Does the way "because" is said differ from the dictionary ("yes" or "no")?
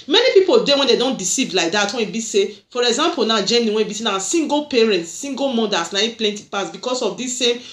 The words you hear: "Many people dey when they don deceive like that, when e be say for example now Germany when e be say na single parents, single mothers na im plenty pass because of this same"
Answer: yes